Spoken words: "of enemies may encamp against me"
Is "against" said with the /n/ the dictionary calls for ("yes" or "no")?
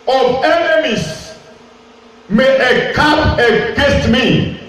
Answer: no